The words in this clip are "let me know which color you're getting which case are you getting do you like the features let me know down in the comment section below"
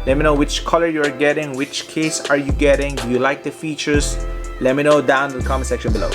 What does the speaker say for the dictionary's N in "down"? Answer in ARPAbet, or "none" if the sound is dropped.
none